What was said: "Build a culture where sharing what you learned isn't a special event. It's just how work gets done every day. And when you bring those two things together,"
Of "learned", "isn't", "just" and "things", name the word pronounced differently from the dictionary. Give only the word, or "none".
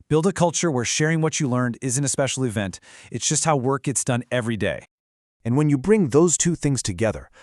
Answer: none